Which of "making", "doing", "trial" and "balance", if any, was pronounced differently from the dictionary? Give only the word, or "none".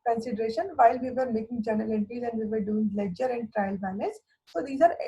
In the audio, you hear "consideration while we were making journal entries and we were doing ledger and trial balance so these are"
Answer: balance